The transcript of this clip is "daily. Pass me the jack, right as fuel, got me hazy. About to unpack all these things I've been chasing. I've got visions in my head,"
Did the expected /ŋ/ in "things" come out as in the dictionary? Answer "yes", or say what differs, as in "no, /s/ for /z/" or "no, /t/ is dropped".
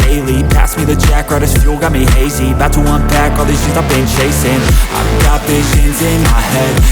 no, /ŋ/ is dropped